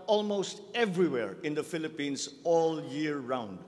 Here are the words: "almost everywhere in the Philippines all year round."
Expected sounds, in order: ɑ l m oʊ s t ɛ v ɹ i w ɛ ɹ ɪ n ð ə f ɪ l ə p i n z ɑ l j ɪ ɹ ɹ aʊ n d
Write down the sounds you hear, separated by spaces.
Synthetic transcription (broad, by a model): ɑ l m oʊ s t ɛ v ɹ i w ɛ ɹ ɪ n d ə f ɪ l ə p i n s ɑ l j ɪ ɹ ɹ aʊ n d